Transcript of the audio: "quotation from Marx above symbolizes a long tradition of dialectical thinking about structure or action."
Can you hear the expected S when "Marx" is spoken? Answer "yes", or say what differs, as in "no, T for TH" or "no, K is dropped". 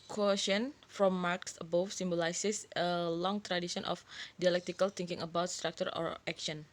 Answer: yes